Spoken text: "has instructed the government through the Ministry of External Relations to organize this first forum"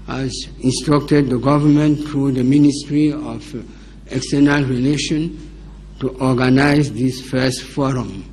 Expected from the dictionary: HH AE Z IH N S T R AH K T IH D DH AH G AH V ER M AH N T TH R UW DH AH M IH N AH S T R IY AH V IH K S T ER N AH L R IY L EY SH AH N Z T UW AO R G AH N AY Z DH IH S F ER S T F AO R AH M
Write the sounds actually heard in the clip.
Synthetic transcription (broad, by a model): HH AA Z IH N S T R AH K T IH D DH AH G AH V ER M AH N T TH R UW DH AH M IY N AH S T R IY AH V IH K S T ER N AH L R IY L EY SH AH N T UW AO G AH N AY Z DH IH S F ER S T F AO R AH M